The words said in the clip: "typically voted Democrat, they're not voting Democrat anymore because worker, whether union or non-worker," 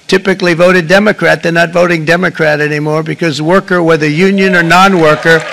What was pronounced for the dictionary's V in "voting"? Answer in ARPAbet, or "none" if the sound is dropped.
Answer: V